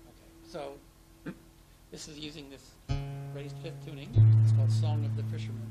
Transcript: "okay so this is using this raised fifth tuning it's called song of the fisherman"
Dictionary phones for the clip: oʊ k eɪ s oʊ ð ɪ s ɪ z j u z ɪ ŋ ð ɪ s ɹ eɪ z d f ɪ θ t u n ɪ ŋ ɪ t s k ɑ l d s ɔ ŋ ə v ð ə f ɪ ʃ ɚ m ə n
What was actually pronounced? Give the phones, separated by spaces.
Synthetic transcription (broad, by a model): oʊ k eɪ s oʊ ð ɪ s ɪ z j u z ɪ ŋ ð ɪ s ɹ eɪ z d f ɪ θ t u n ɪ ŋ ɪ t s k ɑ l d s ɔ ŋ ə v ð ə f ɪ ʃ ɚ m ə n